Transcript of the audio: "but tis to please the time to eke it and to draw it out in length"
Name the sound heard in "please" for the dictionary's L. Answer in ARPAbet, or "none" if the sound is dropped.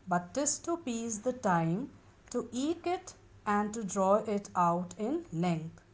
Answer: none